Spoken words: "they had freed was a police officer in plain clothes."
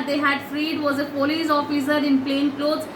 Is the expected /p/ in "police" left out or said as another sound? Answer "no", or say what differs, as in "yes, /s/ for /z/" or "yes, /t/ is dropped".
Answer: yes, /f/ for /p/